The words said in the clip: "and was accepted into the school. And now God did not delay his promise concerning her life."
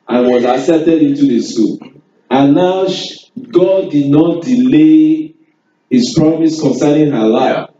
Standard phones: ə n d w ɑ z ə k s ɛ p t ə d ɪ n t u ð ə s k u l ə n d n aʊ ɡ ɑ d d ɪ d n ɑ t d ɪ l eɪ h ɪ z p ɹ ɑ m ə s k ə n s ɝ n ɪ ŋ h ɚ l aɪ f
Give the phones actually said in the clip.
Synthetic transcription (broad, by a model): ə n w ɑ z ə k s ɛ t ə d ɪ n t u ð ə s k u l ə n n aʊ ɡ ɑ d d ɪ d n ɑ t d ɪ l eɪ h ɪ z p ɹ ɑ m ə s k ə n s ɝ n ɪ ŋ h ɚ l aɪ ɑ